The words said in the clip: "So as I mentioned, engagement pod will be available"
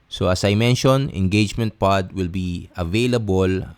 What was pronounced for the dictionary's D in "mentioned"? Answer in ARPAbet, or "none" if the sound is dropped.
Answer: none